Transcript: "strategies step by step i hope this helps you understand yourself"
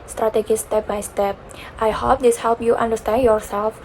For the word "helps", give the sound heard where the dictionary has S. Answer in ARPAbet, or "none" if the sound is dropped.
none